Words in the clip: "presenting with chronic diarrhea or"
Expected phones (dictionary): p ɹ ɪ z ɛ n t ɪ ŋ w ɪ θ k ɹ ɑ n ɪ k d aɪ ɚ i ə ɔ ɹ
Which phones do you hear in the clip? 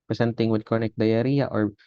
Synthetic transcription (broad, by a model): p ɹ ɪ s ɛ n t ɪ ŋ w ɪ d k ɑ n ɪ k d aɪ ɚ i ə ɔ ɹ